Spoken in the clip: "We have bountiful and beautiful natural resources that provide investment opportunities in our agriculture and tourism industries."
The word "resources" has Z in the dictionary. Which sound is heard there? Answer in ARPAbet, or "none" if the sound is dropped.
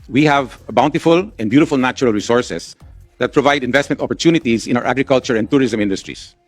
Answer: S